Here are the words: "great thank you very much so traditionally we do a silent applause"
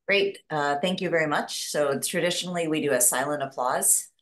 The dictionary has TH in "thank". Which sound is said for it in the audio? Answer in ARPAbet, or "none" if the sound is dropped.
TH